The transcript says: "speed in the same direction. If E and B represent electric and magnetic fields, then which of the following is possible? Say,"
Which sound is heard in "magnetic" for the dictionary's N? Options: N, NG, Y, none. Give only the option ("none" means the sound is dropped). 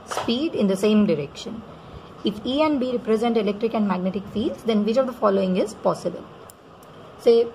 N